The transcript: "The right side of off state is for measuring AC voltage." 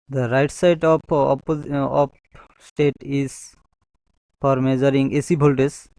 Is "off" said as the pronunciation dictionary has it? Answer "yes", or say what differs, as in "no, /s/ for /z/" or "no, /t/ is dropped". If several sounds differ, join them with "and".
no, /p/ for /f/